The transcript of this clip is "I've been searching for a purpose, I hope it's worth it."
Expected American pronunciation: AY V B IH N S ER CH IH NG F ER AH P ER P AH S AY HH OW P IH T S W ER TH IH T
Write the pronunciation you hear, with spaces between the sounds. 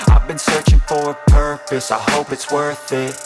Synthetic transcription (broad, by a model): AY V B IH N S ER CH IH NG F ER AH P ER P AH S AY HH OW P IH T S W ER TH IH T